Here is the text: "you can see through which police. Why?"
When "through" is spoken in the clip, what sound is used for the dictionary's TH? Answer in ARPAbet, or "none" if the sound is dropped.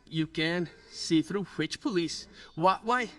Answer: TH